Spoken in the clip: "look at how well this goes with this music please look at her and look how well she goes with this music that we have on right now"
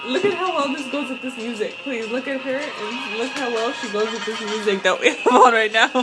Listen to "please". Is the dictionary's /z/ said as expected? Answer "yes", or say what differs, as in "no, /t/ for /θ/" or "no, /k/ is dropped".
yes